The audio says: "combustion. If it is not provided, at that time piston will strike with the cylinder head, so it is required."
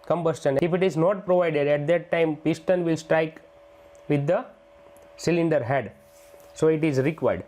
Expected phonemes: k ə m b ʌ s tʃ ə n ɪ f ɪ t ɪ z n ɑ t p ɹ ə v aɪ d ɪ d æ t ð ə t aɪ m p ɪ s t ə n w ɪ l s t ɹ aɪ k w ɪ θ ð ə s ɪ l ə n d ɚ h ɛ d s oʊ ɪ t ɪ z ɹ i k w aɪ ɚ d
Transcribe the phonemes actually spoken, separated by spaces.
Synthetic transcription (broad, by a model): k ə m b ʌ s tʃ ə n ɪ f ɪ t ɪ z n ɑ t p ɹ ə v aɪ d ɪ d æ t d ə t aɪ m p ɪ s t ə n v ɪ l s t ɹ aɪ k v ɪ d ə s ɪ l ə n d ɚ h ɛ d s oʊ ɪ t ɪ z ɹ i k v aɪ d